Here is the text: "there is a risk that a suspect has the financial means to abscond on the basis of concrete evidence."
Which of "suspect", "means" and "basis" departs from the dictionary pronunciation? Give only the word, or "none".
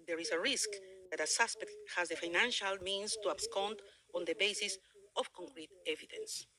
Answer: means